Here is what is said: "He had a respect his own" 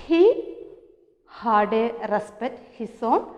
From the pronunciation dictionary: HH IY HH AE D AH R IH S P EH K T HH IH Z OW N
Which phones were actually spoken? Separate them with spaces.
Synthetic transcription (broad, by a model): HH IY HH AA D AH R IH S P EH T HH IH S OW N